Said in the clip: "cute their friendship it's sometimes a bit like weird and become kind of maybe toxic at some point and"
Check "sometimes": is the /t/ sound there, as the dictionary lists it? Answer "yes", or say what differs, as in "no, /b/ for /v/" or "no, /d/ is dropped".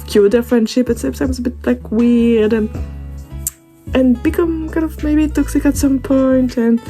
no, /s/ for /t/